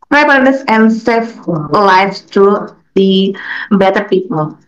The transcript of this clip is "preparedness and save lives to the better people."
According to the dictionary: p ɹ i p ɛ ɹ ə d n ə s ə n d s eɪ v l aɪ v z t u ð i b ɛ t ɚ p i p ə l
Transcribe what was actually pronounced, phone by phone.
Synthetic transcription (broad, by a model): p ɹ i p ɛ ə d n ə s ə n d s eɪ f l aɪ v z t u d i b ɛ t ɚ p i p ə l